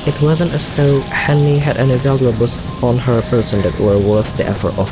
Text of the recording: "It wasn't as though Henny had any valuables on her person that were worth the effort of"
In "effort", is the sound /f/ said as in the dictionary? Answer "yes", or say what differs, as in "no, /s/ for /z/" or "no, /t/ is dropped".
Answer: yes